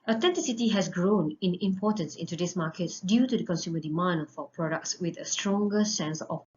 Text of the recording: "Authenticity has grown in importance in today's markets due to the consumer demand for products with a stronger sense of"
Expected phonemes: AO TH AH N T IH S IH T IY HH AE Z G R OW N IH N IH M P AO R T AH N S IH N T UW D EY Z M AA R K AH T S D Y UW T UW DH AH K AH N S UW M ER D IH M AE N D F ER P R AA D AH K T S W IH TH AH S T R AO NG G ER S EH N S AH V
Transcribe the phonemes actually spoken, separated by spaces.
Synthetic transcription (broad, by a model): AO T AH N T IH S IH T IY HH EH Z G R OW N IH N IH M P AO T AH N S IH N T UW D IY S M AA K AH T S D Y UW T UW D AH K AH N S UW M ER D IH M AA N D F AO P R AA D AH K T S W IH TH AH S T R AO NG G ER S EH N S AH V